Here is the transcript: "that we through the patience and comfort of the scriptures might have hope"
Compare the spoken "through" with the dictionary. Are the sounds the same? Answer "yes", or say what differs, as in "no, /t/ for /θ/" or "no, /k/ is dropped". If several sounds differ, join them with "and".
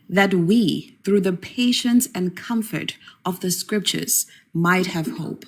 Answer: yes